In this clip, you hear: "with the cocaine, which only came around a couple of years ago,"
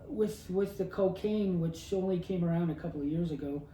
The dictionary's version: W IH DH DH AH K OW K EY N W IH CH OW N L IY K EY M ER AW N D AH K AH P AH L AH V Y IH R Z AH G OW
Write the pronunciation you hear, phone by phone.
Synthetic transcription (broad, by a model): W IH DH DH AH K OW K EY N W IH CH OW N L IY K EY M ER AW N D AH K AH P L AH V Y IH R Z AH G OW